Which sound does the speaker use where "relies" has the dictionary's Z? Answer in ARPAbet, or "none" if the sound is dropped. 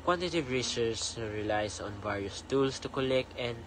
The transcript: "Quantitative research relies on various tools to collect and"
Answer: S